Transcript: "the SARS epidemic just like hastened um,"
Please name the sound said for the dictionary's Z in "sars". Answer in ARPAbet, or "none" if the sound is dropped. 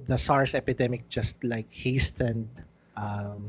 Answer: S